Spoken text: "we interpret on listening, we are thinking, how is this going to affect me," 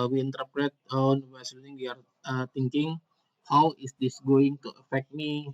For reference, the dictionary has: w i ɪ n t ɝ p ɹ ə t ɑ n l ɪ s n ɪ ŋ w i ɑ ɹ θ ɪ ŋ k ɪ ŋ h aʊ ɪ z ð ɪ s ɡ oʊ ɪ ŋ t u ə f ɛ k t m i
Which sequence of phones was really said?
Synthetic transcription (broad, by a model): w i ɪ n t ɝ p ɹ ə t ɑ n w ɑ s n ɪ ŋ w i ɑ ɹ t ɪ ŋ k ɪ ŋ h aʊ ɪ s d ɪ s ɡ oʊ ɪ ŋ t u ə f ɛ k t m i